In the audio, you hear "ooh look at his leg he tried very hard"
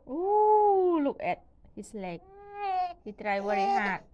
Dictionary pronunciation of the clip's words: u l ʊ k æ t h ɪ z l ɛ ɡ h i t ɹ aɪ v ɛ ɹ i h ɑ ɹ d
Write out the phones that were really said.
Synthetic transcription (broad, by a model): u l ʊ k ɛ t h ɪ s l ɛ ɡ h i t ɹ aɪ w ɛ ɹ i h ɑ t